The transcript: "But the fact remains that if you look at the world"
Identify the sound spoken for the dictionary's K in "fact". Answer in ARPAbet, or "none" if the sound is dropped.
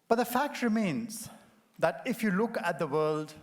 K